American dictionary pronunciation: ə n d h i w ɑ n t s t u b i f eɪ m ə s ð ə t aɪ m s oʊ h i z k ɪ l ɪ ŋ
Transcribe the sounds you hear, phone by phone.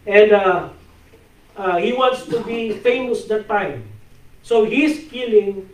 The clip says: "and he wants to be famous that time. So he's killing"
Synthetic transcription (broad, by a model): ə n d h i w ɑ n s t u b i f eɪ m ə s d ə t aɪ m s oʊ h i s k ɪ l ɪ ŋ